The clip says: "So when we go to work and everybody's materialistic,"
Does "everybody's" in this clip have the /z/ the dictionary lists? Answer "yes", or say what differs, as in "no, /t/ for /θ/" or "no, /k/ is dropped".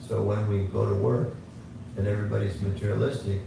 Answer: yes